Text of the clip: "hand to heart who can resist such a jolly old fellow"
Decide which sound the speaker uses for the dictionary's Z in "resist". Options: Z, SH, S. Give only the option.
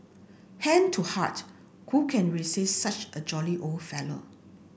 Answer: S